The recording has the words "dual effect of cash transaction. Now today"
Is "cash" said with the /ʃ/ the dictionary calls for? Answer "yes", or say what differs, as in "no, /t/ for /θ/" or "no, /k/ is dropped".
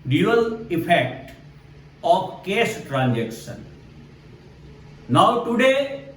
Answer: no, /s/ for /ʃ/